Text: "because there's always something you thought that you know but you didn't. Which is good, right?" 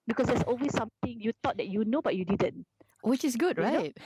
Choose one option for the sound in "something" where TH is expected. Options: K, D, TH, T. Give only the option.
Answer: T